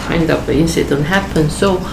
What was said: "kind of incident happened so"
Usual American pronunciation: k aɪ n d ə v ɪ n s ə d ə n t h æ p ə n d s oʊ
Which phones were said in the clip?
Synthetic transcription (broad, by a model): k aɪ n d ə p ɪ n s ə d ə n h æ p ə n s oʊ